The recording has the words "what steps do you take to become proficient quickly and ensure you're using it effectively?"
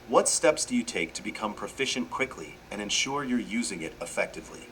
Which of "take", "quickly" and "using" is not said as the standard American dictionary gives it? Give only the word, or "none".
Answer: none